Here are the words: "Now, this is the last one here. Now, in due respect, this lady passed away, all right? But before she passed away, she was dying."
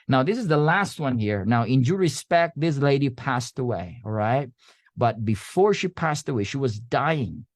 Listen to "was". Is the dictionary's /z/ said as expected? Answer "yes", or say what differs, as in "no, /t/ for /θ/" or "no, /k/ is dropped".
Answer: yes